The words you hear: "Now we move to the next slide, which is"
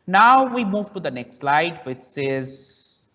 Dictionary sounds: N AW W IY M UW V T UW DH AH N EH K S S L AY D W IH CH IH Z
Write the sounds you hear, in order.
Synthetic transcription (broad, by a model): N AW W IY M UW V T UW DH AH N EH K S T L AY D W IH S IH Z